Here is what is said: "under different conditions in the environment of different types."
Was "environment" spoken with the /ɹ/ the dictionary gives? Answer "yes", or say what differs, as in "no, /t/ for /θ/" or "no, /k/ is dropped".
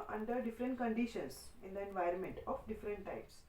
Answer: yes